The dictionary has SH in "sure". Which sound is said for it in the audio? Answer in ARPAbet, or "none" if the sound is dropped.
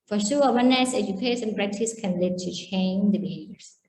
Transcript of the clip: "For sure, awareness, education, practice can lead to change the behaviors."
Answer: S